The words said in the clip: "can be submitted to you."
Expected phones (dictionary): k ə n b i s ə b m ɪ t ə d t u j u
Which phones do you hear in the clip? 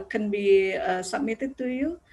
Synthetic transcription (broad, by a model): k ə n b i s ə m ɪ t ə t u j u